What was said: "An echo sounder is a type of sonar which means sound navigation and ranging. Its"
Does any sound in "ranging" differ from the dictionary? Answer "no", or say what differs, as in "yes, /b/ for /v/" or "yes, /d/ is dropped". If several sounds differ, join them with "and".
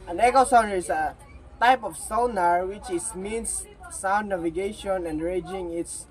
yes, /n/ is dropped